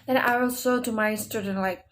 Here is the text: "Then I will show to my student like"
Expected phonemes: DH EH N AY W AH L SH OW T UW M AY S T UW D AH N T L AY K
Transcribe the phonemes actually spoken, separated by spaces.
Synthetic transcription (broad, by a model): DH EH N AY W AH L S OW T UW M AY S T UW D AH N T L AY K